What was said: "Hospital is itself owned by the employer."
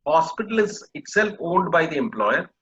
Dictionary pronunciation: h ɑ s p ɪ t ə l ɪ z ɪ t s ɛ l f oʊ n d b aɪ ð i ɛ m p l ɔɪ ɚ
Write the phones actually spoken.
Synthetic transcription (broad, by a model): h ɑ s p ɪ t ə l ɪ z ɪ t s ɛ l f oʊ l d b aɪ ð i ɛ m p l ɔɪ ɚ